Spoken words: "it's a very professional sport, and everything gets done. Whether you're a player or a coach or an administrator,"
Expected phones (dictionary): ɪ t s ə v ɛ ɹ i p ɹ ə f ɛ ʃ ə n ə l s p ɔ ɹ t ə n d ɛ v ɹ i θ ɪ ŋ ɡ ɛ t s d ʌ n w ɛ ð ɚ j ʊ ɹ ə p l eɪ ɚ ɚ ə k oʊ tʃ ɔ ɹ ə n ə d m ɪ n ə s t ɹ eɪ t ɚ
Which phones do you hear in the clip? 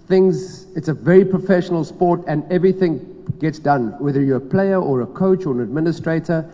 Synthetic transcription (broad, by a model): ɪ t s ə v ɛ ɹ i p ɹ ə f ɛ ʃ ə n ə l s p ɔ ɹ t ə n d ɛ v ɹ i θ ɪ ŋ ɡ ɛ t s d ʌ n w ɛ ð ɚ j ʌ ə p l eɪ ɚ ɚ ə k oʊ tʃ ɔ ɹ ə n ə d m ɪ n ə s t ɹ eɪ t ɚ